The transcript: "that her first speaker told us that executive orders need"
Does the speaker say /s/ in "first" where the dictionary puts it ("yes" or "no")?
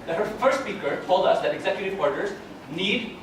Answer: yes